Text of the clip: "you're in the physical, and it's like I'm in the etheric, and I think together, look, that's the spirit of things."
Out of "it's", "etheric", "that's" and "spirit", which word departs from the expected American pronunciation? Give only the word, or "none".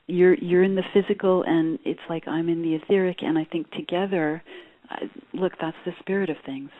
none